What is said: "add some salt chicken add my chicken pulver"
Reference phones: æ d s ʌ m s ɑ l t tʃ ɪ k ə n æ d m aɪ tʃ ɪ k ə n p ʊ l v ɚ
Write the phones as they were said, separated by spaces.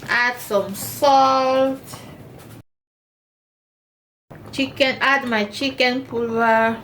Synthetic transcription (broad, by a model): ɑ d s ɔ m s ɑ l t tʃ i k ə n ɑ d m aɪ tʃ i k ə n p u l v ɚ